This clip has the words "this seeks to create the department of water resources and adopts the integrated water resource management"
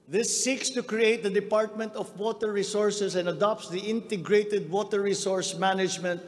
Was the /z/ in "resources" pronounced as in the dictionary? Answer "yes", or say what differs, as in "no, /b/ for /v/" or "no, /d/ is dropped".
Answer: no, /s/ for /z/